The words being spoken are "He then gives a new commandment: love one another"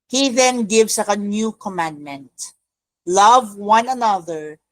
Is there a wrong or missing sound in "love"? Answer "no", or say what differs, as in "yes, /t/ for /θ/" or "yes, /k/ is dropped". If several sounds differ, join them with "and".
no